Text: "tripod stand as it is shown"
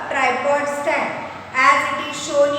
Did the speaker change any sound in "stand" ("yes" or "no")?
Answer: yes